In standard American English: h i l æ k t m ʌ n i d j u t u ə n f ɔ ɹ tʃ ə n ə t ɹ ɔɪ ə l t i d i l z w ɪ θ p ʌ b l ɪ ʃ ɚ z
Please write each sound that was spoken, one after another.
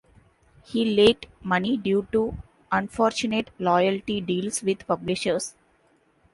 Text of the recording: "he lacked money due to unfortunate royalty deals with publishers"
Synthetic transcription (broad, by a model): h i l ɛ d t m ʌ n i d j u t u ə n f ɔ ɹ tʃ ə n ə t l ɔɪ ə l t i d i l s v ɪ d p ʌ b l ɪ ʃ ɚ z